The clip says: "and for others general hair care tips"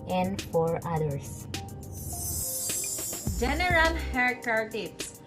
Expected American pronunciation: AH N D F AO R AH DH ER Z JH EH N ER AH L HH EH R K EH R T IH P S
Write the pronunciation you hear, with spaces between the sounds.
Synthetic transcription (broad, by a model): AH N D F AO R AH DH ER S JH EH N ER AH L HH EH R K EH R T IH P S